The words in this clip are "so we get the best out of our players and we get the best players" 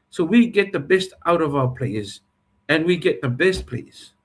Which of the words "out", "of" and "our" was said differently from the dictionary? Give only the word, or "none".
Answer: none